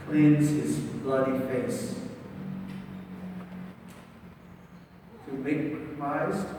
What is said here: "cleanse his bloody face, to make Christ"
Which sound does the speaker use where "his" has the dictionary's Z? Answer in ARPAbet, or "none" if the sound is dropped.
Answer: Z